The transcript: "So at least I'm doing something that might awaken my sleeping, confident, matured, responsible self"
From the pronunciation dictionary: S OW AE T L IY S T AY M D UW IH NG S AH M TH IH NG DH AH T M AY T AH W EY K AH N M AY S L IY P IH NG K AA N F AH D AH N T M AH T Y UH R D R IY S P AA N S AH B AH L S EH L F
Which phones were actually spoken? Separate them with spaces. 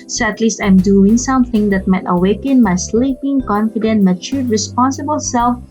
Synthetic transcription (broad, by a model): S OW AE T L IY S T AY M D UW IH NG S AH M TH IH NG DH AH T M AY T AH W EY K AH N M AY S L IY P IH NG K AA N F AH D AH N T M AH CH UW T R IY S P AA N S AH B AH L S EH L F